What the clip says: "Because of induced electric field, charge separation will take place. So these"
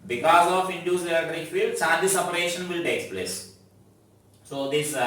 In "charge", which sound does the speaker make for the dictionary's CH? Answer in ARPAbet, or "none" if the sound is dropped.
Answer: S